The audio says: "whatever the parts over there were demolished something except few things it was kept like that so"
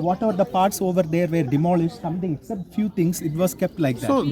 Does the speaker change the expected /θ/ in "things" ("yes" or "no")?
yes